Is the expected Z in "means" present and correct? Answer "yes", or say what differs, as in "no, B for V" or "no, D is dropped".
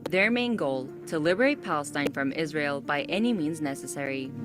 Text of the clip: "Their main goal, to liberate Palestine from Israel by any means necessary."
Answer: yes